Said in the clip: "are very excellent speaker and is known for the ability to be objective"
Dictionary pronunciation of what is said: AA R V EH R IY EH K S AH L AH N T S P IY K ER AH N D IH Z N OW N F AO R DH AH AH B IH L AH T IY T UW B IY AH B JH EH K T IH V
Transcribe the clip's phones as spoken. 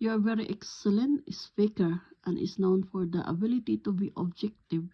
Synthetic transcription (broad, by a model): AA R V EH R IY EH K S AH L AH N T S F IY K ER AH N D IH S N OW N F AO R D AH AH B IH L AH T IY T UW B IY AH B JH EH K T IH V